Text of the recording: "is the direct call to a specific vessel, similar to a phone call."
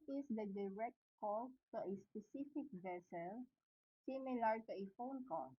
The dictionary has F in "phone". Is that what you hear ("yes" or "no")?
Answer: yes